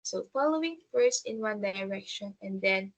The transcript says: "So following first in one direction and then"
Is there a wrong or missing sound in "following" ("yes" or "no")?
no